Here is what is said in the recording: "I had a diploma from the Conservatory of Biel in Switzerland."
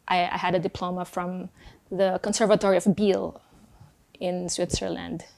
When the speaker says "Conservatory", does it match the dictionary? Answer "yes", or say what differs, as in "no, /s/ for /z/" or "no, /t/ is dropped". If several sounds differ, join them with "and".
yes